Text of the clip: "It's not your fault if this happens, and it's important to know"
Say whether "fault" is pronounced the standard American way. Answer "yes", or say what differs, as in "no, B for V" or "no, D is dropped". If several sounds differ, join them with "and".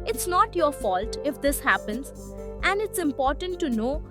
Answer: yes